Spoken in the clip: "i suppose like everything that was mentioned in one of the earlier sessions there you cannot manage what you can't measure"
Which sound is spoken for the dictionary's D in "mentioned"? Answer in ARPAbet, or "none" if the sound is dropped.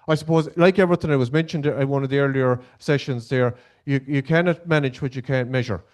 D